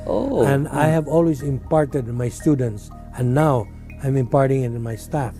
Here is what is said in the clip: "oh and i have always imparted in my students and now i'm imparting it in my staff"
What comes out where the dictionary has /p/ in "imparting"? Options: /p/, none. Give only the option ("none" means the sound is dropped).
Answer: /p/